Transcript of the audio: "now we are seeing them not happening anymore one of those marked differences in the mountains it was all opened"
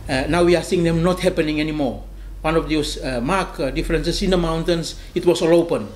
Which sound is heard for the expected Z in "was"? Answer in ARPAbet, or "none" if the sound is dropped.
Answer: S